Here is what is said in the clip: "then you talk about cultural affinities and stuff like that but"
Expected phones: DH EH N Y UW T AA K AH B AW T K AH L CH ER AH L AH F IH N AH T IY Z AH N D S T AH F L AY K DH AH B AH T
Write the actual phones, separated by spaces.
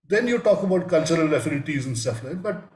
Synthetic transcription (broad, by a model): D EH N Y UW T AA K AH B AW T K AH L CH ER AH L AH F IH L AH T IY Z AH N S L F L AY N B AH T